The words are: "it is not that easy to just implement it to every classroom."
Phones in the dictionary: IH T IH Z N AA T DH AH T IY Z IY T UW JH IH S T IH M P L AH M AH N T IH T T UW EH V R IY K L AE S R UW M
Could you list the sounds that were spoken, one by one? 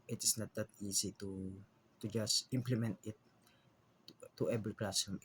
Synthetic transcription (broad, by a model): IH T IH S N AA T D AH T IY S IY T UW JH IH S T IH M P L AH M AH N T IH T T UW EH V R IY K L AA S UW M